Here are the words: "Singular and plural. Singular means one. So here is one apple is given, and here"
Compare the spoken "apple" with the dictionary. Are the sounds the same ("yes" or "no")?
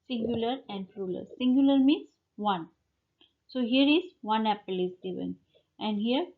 yes